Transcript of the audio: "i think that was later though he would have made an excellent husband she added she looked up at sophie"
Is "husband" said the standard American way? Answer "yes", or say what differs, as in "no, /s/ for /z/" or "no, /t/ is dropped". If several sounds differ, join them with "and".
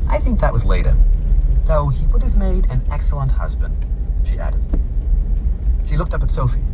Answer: yes